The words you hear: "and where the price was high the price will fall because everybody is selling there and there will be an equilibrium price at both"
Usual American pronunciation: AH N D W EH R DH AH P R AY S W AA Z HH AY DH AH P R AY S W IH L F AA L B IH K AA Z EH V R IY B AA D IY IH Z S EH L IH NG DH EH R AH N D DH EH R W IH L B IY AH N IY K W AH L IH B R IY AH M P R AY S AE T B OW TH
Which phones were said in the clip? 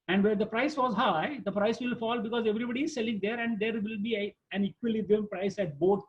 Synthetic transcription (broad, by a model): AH N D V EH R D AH P R AY S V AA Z HH AY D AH P R AY S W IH L F AA L B IH K AA Z EH V R IY B AA D IY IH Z S EH L IH NG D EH R AH N D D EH R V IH L B IY AH N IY K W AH L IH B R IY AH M P R AY S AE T B OW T